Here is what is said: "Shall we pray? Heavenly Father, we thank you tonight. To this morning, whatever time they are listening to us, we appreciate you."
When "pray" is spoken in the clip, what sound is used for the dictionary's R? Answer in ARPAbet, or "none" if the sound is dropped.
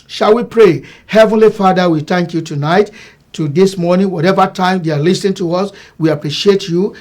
R